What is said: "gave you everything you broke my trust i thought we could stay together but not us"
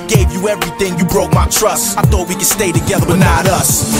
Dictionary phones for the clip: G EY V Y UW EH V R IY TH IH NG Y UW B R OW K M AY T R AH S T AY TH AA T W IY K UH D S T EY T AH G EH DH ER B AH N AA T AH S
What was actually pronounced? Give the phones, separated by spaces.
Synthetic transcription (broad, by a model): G EY V Y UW EH V R IY TH IH NG Y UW B R OW K M AY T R AH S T AY TH AA T W IY K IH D S T EY T AH G EH DH ER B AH N AA T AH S